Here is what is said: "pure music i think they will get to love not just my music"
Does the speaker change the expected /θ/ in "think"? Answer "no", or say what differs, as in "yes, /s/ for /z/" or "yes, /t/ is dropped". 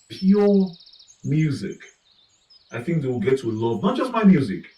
no